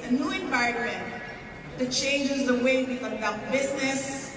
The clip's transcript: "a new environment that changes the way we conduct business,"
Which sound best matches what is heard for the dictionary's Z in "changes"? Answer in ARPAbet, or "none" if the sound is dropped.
Z